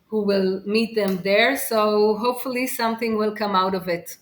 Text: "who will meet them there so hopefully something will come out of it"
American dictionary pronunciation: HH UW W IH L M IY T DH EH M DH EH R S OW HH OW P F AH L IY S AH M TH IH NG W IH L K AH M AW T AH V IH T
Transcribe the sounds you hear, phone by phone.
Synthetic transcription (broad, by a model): HH UW W IH L M IY T DH EH M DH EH R S OW HH OW P F AH L IY S AH M TH IH NG W IH L K AH M AW T AH V IH T